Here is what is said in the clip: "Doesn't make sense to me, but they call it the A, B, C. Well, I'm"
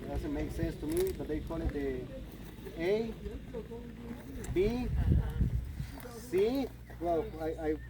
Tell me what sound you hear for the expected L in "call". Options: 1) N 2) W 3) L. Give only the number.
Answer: 1